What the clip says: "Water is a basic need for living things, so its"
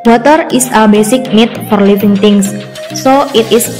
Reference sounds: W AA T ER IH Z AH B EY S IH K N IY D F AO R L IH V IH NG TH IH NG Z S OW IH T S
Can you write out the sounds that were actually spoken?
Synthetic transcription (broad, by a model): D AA T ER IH S AH B EY S IH K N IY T F AO R L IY F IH NG T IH NG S S OW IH T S